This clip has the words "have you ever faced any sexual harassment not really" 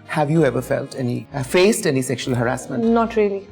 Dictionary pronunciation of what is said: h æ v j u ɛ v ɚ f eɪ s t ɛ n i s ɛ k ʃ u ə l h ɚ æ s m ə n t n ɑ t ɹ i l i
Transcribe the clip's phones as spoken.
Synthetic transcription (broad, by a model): h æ v j u ɛ v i f eɪ s t ɛ n i s ɛ k ʃ u ə l h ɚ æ s m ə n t n ɑ t ɹ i l i